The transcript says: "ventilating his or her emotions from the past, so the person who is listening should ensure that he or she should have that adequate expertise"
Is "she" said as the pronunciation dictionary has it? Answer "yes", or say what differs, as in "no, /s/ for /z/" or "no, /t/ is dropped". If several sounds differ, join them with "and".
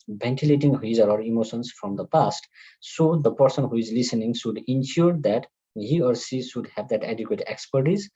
no, /s/ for /ʃ/